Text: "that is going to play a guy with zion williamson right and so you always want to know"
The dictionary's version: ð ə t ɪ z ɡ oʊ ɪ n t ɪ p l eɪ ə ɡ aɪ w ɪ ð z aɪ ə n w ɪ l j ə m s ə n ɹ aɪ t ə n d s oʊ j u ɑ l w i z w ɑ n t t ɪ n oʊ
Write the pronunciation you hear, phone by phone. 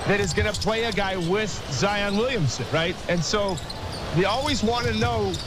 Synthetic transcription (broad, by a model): ð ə t ɪ z ɡ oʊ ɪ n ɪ p l eɪ ə ɡ aɪ w ɪ ð z aɪ ə n w ɪ l j ə m s ə n ɹ aɪ t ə n s oʊ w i ɑ l w i z w ɑ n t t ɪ n oʊ